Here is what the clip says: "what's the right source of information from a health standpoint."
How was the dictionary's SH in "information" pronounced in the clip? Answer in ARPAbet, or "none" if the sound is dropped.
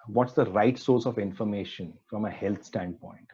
SH